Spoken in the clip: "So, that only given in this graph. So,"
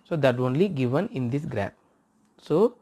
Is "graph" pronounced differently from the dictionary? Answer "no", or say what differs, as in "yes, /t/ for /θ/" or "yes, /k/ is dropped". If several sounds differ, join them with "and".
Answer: yes, /p/ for /f/